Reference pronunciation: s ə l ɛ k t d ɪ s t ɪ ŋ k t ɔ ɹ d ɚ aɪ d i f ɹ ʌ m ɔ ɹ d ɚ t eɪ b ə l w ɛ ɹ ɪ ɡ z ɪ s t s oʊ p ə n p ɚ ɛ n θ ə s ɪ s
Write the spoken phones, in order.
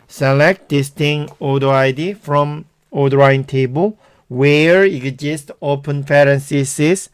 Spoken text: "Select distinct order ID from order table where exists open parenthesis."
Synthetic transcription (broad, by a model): s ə l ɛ k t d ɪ s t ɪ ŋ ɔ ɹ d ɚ aɪ d i f ɹ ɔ m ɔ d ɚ t eɪ b ə l w ɛ ɹ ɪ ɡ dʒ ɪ s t oʊ p ə n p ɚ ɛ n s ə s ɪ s